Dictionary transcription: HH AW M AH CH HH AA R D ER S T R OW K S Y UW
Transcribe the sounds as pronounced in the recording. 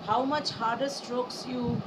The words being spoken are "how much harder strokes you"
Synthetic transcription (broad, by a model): HH AW M AH CH HH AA R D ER S T R OW K S Y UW